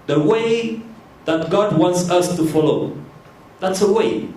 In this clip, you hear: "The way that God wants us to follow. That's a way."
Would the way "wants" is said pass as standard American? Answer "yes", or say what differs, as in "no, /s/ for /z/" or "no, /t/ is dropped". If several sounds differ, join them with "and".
yes